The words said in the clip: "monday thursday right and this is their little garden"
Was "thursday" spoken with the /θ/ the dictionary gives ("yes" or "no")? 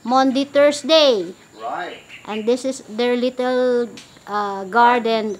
no